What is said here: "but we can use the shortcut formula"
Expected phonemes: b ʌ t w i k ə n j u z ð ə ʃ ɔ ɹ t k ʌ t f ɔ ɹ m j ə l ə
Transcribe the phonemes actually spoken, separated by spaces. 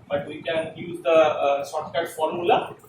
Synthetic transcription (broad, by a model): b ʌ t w i k ə n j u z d ə s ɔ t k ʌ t f ɔ ɹ m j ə l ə